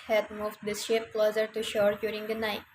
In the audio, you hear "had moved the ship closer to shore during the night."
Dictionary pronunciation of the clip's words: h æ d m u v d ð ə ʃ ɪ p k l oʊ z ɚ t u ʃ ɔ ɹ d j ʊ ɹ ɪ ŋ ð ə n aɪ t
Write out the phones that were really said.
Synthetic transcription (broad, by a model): h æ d m u v d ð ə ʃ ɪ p k l oʊ z ɚ t u ʃ ɔ ɹ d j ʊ ɹ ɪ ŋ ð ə n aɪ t